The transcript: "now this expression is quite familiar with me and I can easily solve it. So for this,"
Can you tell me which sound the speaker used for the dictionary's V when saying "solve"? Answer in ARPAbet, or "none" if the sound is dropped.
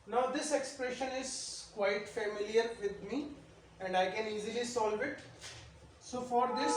V